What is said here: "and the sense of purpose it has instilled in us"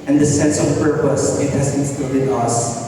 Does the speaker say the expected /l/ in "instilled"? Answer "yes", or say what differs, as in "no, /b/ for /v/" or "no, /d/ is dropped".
no, /l/ is dropped